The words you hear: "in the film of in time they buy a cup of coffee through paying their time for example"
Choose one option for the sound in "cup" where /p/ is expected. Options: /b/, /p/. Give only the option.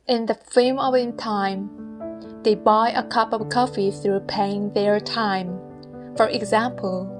/p/